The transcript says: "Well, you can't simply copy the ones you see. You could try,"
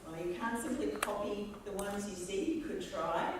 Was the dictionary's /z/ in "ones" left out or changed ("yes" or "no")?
no